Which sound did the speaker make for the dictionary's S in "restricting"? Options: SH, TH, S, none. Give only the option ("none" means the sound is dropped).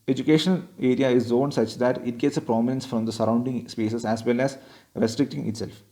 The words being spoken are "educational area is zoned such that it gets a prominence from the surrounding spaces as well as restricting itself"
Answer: S